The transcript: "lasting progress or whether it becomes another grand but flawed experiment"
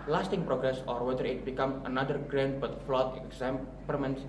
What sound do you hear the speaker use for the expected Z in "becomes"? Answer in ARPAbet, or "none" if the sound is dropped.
none